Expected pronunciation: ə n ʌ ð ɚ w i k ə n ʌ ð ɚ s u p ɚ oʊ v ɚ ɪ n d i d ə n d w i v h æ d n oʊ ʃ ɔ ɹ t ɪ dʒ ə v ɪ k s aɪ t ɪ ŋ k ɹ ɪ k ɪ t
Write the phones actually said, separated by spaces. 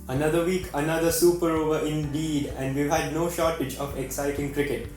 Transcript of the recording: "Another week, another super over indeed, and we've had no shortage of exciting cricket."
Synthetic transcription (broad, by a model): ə n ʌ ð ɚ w i k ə n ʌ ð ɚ s u p ɚ oʊ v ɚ ɪ n d i d ə n d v i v h æ d n oʊ ʃ ɔ ɹ t ɪ dʒ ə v ɪ k s aɪ t ɪ ŋ k ɹ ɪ k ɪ t